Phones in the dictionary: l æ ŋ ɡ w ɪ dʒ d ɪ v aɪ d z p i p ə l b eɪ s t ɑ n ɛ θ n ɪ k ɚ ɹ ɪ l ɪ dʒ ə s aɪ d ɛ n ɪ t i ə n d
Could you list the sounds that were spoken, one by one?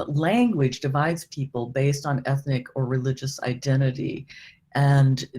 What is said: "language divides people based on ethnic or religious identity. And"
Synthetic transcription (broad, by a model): l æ ŋ ɡ w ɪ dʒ d ɪ v aɪ d z p i p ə l b eɪ s t n ɛ θ n ɪ k ɚ ɹ ɪ l ɪ dʒ ə s aɪ d ɛ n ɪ t i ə n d